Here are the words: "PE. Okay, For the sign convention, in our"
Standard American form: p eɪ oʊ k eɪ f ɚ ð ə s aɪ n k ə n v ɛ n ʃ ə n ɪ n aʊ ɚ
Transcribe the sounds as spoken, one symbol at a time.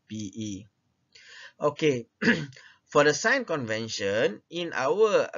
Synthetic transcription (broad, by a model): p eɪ oʊ k eɪ f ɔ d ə s aɪ n k ə n v ɛ n ʃ ə n ɪ n aʊ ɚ